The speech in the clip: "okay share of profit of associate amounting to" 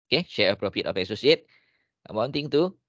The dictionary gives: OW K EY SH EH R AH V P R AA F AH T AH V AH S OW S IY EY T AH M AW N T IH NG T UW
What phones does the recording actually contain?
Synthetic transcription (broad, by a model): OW K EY SH EH R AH P R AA P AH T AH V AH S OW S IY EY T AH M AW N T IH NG T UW